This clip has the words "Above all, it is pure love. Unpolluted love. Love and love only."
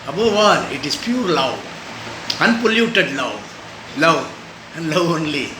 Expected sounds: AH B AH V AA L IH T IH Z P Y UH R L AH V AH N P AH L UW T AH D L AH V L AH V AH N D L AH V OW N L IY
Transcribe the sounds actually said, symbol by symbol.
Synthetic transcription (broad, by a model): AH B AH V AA N IH T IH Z P Y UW R L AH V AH N P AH L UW T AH D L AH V L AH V AH N D L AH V OW N L IY